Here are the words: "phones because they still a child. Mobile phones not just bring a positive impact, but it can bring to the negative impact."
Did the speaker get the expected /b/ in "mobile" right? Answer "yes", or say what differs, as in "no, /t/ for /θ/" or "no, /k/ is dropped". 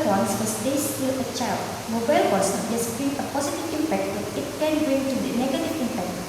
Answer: yes